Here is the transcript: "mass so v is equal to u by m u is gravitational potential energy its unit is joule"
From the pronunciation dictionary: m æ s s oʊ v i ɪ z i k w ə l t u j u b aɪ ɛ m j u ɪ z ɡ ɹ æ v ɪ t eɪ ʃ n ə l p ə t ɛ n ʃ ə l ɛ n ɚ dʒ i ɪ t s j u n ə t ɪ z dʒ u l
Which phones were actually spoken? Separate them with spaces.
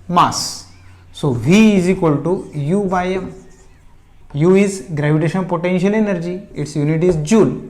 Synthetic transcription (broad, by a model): m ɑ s s oʊ v i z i k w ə l t u j u b aɪ ɛ m j u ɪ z ɡ ɹ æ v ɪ t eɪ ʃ ə n p ə t ɛ n ʃ ə l ɛ n ɚ dʒ i ɪ t s j u n ə t ɪ z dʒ u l